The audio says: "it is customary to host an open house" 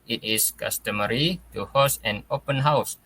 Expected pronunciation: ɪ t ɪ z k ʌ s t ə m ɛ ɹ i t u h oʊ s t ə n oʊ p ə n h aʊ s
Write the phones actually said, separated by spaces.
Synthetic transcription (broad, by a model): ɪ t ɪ s k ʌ s t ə m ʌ ɹ i t u h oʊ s ə n oʊ p ə n h aʊ s